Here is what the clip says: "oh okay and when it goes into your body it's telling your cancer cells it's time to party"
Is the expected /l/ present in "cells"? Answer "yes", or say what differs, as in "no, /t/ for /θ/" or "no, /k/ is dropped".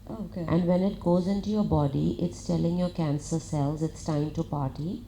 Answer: yes